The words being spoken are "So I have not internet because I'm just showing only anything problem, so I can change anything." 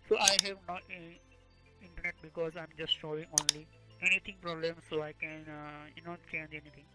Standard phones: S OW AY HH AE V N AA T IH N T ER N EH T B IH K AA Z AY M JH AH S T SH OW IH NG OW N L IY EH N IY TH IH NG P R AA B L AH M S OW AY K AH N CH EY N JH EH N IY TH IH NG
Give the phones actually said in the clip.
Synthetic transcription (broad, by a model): S OW AY HH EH V N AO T IH N T ER N EH T B IH K AA Z AY M JH AH S T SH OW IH NG OW N L IY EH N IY T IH NG P R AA B L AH M S OW AY K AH N CH EY N JH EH N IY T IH NG